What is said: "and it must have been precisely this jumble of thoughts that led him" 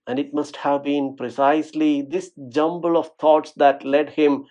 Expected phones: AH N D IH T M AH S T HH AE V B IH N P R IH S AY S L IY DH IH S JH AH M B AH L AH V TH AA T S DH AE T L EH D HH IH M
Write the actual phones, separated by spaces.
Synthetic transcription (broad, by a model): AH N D IH T M AH S T HH AE V B IH N P R IH S AY S L IY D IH S JH AH M B AH L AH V T AA T S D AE T L EH D HH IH M